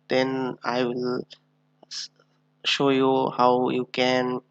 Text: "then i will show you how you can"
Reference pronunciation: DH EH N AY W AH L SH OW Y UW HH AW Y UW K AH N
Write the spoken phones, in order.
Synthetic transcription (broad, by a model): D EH N AY W AH L SH OW Y UW HH AW Y UW K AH N